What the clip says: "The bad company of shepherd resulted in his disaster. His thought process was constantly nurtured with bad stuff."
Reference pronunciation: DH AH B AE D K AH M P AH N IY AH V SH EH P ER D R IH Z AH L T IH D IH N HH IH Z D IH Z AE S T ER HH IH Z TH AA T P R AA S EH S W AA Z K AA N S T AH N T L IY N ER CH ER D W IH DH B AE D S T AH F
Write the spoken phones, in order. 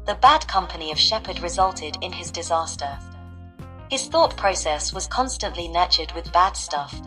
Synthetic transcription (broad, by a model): DH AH B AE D K AH M P AH N IY AH V SH EH P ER D R IH Z AH L T IH D IH N IH Z D IH Z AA S T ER HH IH Z TH AA T P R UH S EH S W AA Z K AA N S T AH N T L IY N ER CH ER D W IH DH B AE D S T AH F